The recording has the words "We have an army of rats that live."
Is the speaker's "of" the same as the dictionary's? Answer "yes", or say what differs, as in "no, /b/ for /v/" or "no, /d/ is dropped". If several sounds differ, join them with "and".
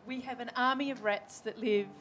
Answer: yes